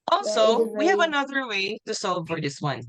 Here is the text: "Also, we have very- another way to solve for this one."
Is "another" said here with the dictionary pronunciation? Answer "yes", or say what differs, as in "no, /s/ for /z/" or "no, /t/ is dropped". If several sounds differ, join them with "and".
yes